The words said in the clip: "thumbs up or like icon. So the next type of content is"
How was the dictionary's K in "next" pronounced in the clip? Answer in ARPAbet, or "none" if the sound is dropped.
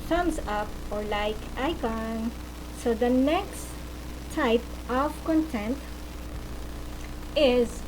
K